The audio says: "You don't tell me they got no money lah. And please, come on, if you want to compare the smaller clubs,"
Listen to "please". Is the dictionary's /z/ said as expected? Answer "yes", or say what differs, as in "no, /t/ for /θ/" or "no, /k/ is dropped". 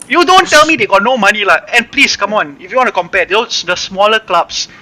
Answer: no, /s/ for /z/